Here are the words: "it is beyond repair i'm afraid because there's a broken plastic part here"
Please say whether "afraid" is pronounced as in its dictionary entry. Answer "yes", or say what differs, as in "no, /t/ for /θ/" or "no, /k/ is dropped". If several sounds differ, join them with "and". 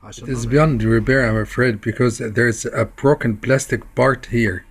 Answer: yes